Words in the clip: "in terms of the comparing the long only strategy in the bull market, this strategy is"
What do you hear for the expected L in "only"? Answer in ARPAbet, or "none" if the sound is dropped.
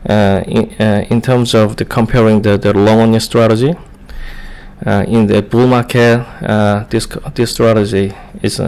none